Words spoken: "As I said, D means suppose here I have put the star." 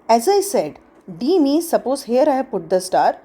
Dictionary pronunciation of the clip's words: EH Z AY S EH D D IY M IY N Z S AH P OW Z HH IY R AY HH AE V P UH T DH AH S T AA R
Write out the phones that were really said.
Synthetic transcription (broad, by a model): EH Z AY S EH D D IY M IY Z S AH P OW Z HH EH R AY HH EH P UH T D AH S T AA R